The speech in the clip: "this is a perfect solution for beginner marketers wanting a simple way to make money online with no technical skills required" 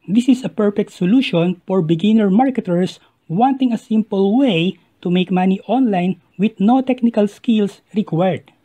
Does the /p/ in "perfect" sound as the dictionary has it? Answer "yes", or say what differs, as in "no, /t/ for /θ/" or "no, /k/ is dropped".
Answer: yes